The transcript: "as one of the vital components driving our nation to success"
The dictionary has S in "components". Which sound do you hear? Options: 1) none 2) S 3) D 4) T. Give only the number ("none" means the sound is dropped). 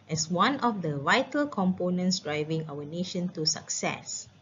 2